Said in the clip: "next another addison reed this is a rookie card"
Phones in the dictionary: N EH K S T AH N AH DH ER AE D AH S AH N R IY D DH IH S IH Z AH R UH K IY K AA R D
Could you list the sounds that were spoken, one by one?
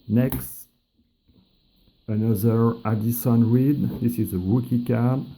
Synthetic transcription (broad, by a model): N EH K S T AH N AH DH ER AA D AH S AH N R IY D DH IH S IH Z AH W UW K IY K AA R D